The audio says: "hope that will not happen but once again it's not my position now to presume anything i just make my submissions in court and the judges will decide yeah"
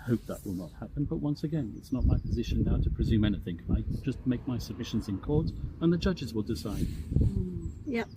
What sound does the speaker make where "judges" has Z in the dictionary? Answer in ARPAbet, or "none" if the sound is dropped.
Z